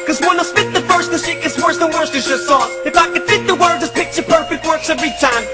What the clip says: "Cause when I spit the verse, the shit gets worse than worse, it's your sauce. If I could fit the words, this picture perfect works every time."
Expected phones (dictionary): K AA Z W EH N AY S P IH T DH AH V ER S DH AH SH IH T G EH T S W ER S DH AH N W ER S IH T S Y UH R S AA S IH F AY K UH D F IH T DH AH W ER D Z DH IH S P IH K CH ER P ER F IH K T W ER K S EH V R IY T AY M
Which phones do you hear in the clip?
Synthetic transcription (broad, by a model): K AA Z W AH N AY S F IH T DH AH F ER S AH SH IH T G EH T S W ER S DH AH N W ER S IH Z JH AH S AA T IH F AY K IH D F IH T DH AH W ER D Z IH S P IH K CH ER P ER F IH K T W ER K S EH V R IY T AY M